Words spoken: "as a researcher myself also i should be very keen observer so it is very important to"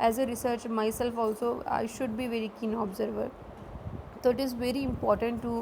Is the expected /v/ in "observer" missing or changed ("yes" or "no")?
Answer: no